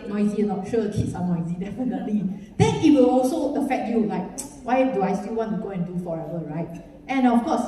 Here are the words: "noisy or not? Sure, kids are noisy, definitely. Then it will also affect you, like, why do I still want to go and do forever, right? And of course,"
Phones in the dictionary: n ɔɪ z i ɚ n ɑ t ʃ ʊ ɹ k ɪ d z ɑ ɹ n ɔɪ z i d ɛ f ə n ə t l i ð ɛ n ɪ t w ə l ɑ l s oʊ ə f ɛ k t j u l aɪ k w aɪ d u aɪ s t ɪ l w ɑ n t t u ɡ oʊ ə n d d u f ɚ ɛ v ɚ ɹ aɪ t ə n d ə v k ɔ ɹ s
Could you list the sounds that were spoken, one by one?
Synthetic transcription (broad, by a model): n ɔɪ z i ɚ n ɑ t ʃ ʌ k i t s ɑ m n ɔɪ z i d ɛ f ə n ə t l i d ɛ n ɪ t w ə l ɑ l s oʊ ə f ɛ k t j u l aɪ k w aɪ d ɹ aɪ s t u w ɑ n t t u ɡ oʊ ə n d d u f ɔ ɛ v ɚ ɹ aɪ t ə n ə f k ɔ s